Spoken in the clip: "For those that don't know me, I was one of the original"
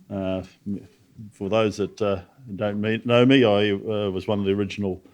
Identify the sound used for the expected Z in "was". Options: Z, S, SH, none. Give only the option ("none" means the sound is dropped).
Z